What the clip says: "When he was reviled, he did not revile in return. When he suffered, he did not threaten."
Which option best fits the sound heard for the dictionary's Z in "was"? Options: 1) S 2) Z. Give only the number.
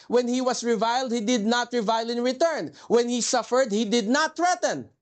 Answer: 1